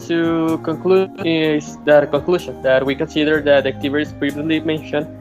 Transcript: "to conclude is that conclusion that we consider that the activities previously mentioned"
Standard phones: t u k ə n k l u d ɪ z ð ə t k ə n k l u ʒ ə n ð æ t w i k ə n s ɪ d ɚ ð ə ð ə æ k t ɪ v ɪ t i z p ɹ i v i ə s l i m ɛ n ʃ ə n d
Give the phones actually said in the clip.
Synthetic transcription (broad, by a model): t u k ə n k l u ɪ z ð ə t k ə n k l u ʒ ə n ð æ t w i k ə n s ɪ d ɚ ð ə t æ k t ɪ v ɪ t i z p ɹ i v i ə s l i m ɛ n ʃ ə n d